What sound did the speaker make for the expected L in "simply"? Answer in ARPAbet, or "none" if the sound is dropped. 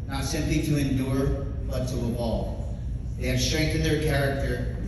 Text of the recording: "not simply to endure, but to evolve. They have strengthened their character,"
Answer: L